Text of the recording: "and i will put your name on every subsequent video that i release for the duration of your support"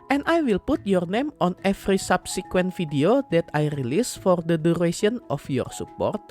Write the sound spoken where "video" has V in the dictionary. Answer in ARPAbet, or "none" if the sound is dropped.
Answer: F